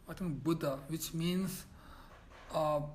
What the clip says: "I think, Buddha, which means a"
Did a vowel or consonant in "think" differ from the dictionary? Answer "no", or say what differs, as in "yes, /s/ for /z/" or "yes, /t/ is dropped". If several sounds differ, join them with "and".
yes, /t/ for /θ/